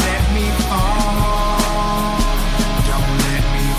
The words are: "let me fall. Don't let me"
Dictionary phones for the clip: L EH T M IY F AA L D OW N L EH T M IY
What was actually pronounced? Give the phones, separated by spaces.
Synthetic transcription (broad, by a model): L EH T M IY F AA N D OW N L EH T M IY